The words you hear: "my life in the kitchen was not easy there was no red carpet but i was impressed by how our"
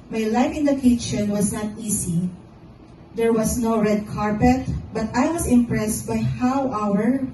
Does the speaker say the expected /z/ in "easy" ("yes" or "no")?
no